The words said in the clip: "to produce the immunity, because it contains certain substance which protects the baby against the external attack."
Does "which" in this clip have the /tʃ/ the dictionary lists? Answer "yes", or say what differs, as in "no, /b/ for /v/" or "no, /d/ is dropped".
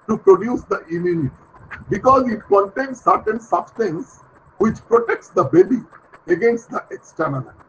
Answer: yes